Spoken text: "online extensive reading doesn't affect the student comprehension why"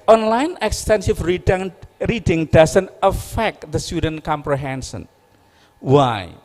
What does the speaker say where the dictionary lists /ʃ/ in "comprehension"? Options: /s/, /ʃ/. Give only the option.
/s/